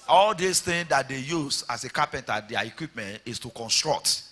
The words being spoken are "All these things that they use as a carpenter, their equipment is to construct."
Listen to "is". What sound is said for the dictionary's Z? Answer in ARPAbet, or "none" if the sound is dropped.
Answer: S